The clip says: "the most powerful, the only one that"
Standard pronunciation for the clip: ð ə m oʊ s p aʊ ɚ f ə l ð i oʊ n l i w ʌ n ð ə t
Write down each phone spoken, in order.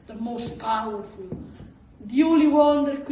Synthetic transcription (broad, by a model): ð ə m oʊ s p aʊ ɚ f ə l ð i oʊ l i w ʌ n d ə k